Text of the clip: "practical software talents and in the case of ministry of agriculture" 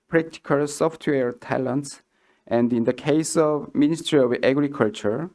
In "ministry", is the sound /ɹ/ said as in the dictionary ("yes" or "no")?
yes